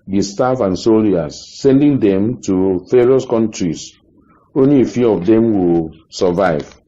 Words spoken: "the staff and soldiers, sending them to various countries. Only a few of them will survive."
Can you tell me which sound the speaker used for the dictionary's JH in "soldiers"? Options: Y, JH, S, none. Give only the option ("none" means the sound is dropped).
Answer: none